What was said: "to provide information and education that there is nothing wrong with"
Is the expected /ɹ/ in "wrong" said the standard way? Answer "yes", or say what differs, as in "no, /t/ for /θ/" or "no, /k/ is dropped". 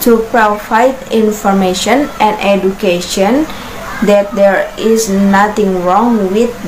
yes